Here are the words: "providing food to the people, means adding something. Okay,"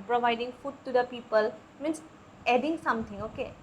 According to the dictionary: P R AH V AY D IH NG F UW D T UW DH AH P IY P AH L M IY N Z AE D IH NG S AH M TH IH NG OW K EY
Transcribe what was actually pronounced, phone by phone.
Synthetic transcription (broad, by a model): P R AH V AY D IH NG F UW D T UW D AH P IY P AH L M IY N S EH D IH NG S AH M T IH NG OW K EY